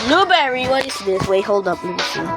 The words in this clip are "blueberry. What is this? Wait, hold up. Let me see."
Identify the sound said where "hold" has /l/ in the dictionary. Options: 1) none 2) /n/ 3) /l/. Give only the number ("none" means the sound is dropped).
3